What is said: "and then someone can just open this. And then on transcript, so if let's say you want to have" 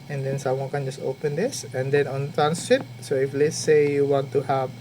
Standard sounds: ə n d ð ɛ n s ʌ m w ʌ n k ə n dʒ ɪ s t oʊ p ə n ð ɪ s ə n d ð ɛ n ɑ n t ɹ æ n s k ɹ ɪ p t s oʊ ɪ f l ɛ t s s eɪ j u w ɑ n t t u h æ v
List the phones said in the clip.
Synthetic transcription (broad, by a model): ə n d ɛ n s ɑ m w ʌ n k ə n dʒ ɪ s t oʊ p ə n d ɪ s ə n d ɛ n ɑ n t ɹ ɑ n s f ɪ t s oʊ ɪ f l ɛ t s s eɪ j u w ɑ n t t u h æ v